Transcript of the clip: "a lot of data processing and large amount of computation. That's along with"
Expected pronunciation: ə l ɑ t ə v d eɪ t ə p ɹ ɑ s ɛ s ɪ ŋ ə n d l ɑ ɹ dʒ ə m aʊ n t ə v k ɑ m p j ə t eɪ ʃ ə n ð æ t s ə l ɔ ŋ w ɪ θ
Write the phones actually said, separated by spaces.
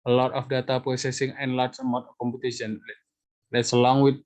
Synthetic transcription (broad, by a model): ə l ɑ t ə f d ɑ t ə p ɹ ɑ s ɛ s ɪ ŋ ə n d l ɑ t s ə m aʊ t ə k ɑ m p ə t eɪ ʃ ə n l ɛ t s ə l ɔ ŋ w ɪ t